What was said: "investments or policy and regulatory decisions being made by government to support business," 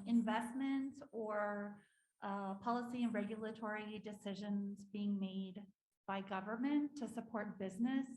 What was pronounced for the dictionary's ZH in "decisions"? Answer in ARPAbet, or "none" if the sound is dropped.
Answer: ZH